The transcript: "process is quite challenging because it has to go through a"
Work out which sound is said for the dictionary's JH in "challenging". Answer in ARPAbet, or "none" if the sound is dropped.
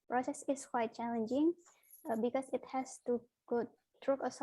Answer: JH